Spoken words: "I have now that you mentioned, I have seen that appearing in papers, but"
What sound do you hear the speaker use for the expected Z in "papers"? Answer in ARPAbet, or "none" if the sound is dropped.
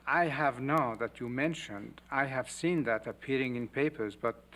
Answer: Z